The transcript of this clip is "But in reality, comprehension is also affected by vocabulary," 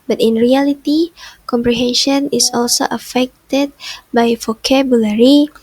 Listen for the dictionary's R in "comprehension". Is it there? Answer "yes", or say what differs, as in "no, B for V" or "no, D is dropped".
yes